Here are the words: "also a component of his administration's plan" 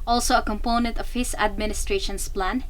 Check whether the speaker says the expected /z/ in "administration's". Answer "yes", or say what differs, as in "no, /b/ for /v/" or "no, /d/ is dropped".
no, /s/ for /z/